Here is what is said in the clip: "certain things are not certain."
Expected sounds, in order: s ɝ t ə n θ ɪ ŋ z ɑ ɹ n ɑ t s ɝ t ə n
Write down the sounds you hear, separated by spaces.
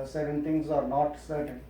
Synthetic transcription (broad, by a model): s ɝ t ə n t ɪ ŋ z ɑ ɹ n ɑ t s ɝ t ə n